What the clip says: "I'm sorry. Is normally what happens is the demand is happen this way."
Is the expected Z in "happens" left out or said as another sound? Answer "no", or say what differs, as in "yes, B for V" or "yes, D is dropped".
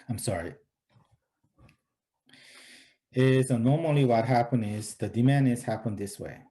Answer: yes, Z is dropped